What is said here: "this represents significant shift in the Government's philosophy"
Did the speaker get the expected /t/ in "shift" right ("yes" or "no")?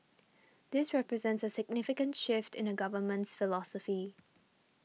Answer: yes